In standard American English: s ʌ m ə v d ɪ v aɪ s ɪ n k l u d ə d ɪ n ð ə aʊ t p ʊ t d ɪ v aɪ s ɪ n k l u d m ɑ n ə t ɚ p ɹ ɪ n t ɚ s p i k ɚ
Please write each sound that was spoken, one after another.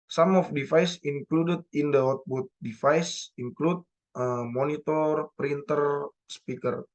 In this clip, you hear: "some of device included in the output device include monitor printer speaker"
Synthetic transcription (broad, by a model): s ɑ m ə f d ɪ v aɪ s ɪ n k l u d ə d ɪ n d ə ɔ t b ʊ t d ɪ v aɪ s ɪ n k l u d m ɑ n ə t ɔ p ɹ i n t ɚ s p i k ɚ